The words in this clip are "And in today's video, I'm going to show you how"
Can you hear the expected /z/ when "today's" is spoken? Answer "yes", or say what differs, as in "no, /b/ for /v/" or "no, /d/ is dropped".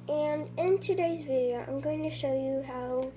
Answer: yes